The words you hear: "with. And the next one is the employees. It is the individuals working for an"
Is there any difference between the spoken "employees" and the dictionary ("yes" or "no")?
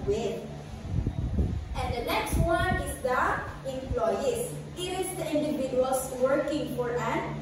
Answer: yes